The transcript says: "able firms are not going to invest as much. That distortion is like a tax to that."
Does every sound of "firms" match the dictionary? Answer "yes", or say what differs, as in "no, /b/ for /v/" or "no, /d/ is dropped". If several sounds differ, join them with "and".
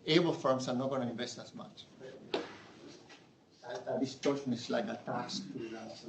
no, /s/ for /z/